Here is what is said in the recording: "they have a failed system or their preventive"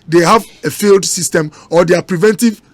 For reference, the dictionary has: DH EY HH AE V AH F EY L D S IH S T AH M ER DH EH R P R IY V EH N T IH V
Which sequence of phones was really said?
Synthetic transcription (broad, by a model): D EY HH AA V AH F EY L D S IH S T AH M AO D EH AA P R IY V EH N T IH V